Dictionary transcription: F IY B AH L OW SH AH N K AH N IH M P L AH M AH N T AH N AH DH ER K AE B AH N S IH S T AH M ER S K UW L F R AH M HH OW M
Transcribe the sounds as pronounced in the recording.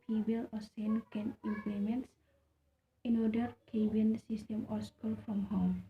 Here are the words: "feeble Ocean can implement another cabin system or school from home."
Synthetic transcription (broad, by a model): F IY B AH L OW S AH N K AH N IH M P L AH M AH N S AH N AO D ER K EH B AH N S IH S T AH M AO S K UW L F R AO M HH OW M